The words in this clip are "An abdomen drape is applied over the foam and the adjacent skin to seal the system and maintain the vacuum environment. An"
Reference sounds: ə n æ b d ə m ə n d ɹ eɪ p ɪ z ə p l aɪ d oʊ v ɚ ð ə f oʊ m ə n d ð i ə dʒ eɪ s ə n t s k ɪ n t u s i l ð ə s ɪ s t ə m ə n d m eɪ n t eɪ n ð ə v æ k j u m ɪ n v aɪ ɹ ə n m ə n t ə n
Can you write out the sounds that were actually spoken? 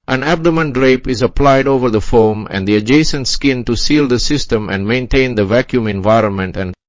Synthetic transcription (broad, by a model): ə n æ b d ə m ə n d ɹ eɪ p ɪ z ə p l aɪ d oʊ v ɚ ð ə f oʊ m ə n d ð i ə dʒ eɪ s ə n t s k ɪ n t u s i l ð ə s ɪ s t ə m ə n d m eɪ n t eɪ n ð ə v æ k j u m ɪ n v aɪ ɹ ə n m ə n t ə n